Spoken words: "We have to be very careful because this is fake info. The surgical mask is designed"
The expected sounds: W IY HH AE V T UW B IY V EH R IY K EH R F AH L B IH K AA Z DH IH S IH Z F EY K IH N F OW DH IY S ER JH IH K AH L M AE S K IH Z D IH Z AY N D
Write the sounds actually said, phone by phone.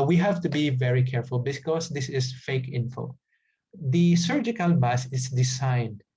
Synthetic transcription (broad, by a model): W IY HH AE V T UW B IY V EH R IY K EH R F AH L B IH K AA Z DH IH S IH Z F EY K IH N F OW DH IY S ER JH IH K AH L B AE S IH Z D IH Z AY N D